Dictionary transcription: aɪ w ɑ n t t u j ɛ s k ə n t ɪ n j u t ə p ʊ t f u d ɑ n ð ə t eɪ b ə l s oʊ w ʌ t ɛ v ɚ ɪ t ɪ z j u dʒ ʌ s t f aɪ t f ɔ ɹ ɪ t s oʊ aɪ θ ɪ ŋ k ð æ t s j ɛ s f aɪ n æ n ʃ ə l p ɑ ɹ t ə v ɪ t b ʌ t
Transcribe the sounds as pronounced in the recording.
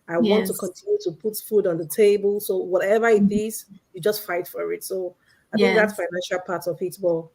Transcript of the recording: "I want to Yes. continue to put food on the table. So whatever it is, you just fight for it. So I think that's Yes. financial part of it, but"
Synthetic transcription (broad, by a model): aɪ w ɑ n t t u k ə n t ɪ n j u t ə p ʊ t f u d ɑ n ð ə t eɪ b ə l s oʊ w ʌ t ɛ v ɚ ɪ t ɪ z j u dʒ ʌ s t f aɪ t f ɔ ɹ ɪ t s oʊ aɪ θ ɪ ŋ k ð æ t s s f aɪ n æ n ʃ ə l p ɑ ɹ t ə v ɪ t b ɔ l